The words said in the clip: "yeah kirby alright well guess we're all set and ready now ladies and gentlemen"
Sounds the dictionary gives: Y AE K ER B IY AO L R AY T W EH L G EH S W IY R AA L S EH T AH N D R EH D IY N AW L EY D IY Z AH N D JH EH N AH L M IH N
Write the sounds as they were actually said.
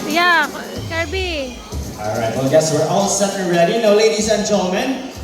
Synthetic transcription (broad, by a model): Y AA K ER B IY AO L R AY T W EH L G EH S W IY R AA L S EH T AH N R EH D IY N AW L EY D IY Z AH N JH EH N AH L M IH N